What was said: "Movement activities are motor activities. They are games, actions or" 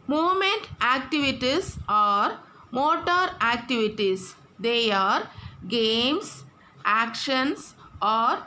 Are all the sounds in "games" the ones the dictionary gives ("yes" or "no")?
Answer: no